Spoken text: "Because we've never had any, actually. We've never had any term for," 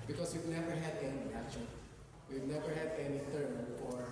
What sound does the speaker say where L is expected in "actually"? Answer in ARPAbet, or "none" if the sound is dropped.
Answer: none